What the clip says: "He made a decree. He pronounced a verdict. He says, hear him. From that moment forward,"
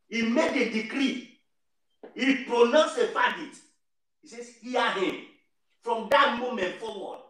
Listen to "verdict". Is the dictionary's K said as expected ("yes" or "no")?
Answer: no